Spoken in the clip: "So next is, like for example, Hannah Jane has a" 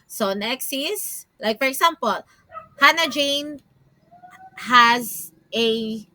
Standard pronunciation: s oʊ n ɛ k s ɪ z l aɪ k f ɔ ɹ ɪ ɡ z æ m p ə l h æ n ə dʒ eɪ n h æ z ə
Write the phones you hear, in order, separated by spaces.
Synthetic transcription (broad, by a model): s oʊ n ɛ k s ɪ s l aɪ k f ɔ ɹ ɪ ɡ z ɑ m p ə l h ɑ n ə dʒ eɪ n h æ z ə